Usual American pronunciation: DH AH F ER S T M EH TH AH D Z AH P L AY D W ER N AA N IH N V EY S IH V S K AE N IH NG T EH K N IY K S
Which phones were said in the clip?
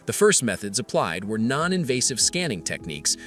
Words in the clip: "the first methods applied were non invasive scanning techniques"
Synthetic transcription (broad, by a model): DH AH F ER S T M EH TH AH D Z AH P L AY D W ER N AA N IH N V EY S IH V S K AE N IH NG T EH K N IY K S